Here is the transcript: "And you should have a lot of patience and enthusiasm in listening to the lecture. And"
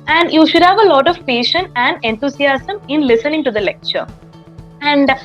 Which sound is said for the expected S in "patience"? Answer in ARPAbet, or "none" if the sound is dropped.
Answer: none